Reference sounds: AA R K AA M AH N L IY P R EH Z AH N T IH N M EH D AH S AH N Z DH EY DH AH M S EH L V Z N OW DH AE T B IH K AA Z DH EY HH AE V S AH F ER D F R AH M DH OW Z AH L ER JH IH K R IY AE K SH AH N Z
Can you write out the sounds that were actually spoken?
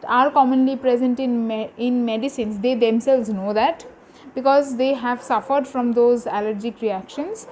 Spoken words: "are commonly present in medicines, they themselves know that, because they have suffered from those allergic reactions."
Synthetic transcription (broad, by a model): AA R K AA M AH N L IY P R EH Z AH N T IH N M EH D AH S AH N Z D EY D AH M S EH L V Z N OW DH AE T B IH K AA Z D EY HH AE V S AH F ER D F R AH M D OW Z AH L ER JH IH K R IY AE K SH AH N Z